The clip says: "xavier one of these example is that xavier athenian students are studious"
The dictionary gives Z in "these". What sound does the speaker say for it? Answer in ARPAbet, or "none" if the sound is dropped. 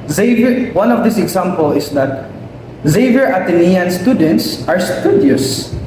S